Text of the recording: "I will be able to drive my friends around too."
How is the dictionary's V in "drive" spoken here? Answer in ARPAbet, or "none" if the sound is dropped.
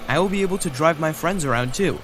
V